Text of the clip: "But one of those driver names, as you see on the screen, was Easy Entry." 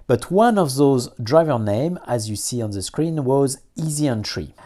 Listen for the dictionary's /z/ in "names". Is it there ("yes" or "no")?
no